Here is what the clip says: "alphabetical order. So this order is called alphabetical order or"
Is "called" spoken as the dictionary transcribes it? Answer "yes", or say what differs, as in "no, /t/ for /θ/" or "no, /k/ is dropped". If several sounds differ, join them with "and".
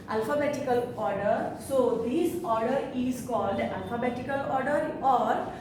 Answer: yes